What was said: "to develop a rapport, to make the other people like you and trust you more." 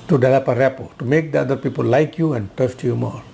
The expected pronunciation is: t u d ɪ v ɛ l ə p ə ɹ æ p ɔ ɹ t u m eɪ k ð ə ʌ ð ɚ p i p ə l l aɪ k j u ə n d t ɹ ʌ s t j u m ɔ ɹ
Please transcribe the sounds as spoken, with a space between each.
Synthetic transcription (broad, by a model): t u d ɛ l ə p ə ɹ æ p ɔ t u m eɪ k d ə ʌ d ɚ p i p ə l l aɪ k j u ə n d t ʌ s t j u m ɔ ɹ